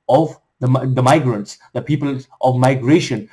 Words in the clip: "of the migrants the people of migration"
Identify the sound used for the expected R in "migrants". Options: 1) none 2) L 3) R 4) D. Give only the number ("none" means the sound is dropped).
3